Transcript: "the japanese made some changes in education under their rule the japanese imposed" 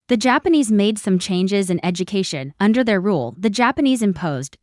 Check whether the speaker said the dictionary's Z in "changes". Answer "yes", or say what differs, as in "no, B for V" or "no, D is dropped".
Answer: yes